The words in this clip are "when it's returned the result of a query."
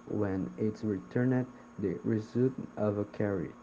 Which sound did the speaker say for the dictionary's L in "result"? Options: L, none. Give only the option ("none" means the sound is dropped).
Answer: none